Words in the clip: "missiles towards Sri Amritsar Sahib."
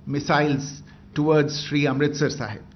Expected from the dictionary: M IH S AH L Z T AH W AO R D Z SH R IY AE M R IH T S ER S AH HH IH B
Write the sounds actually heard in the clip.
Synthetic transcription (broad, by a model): M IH S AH L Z T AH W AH R D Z SH R IY AE M R IH T S ER S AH HH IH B